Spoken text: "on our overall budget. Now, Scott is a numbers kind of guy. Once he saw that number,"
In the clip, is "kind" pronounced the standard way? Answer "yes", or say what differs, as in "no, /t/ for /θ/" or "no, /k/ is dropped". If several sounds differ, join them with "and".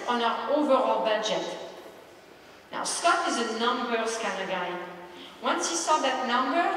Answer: no, /d/ is dropped